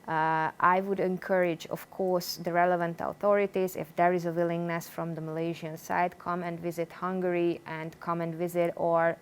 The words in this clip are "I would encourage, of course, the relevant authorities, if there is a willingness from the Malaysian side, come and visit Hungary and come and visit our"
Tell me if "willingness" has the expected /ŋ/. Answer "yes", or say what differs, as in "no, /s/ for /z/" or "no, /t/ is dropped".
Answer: yes